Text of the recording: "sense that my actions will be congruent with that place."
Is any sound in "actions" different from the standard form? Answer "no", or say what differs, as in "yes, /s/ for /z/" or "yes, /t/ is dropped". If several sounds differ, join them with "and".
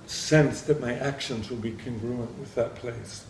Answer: no